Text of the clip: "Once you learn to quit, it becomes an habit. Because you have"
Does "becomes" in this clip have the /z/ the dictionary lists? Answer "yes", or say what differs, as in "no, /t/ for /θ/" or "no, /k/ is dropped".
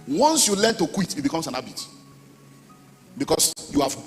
no, /s/ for /z/